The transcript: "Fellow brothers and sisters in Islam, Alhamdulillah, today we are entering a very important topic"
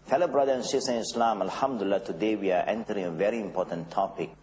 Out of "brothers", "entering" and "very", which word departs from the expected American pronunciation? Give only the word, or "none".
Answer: brothers